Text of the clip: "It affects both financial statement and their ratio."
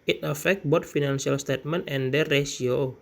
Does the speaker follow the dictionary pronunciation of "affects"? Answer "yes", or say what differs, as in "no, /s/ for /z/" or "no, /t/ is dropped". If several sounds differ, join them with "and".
no, /s/ is dropped